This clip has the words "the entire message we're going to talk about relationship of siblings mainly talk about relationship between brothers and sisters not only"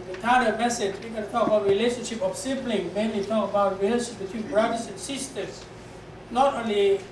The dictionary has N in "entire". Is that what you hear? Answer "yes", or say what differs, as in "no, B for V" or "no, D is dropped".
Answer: no, N is dropped